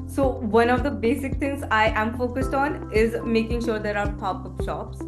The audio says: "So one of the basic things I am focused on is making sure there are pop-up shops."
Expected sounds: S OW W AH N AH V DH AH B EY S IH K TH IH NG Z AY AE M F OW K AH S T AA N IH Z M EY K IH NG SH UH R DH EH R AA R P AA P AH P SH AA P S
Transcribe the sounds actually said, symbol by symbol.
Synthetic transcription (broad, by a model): S OW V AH N AH V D AH B EY S IH K T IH NG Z AY AE M F OW K AH S T AA N IH Z M EY K IH NG SH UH R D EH R AA R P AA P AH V SH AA P S